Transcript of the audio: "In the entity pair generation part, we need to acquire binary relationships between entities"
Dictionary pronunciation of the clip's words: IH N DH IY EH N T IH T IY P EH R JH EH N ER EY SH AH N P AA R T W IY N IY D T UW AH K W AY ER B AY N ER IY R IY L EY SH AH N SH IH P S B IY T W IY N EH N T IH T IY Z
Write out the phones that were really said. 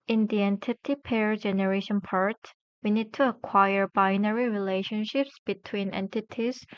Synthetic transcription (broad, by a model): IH N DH IY EH N T IH T IY P EH R JH EH N ER EY SH AH N P AA R T W IY N IY D T UW AH K W AY ER B AY N ER IY R IY L EY SH AH N SH IH P S B IY T W IY N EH N T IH T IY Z